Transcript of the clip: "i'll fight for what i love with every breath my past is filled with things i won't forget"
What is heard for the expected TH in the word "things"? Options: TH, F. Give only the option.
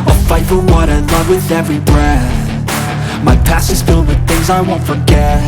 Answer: TH